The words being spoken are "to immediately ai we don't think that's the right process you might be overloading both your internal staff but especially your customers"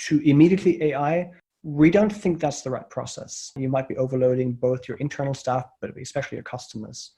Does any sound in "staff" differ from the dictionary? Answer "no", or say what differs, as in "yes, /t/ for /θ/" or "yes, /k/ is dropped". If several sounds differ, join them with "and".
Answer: no